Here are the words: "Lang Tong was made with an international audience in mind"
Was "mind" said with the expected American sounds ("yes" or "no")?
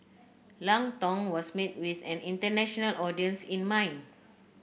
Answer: no